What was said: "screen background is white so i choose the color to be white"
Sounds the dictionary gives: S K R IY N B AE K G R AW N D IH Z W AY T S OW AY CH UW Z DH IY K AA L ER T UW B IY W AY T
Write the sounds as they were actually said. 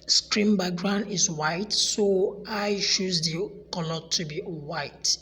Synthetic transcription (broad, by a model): S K R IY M B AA G R AW N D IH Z W AY T S OW AY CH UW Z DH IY K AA L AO T UW B IY W AY T